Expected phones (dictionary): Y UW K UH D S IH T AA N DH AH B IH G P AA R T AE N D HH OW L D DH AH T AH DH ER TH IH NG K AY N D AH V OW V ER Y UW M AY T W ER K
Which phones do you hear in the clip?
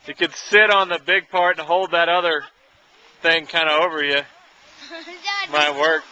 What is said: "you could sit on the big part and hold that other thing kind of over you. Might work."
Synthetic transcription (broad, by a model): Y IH K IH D S IH T N DH AH B IH G P AA R T N HH OW L D DH AH T AH DH ER TH IH NG K AY N D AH OW V ER Y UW M AY T W ER K